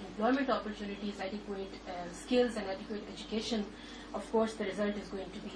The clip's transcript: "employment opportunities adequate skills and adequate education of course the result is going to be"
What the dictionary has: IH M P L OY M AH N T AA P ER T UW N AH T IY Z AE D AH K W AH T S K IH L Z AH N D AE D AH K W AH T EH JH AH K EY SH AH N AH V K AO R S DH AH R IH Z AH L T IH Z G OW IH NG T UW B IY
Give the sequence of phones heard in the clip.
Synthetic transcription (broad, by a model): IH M P L OY M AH N T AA P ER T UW N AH T IY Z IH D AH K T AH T S K IH L Z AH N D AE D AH K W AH T EH JH AH K EY SH AH N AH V K AO R S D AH R IH Z AH L T IH Z G OW IH NG T UW B IY